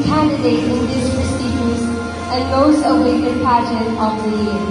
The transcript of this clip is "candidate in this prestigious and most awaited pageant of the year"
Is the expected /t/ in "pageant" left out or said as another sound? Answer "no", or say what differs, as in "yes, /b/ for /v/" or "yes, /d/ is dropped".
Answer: yes, /t/ is dropped